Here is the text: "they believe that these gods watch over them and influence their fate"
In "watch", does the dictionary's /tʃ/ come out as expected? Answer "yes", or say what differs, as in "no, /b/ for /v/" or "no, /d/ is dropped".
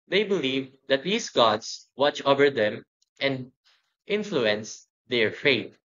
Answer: yes